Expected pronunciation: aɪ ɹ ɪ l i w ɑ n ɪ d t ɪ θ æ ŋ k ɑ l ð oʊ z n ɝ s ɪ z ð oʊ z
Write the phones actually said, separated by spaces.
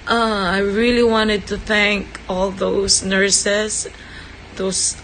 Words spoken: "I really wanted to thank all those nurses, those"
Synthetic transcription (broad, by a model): aɪ ɹ ɪ l i w ɑ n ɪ d t ɪ θ æ ŋ k ɑ l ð oʊ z n ɝ s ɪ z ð oʊ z